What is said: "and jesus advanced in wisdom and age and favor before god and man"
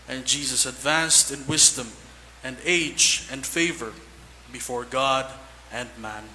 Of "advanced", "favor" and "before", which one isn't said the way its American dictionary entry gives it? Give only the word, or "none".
none